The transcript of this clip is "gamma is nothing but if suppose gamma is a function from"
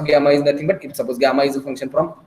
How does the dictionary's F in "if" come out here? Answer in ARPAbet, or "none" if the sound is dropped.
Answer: P